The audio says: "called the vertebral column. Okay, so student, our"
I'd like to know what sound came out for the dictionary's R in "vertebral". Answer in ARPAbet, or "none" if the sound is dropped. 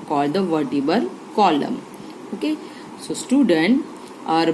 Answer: none